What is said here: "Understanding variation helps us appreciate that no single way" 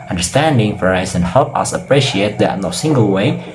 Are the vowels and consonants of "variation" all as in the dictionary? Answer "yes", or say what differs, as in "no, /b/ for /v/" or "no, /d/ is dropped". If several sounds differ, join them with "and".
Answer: no, /f/ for /v/ and /s/ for /ʃ/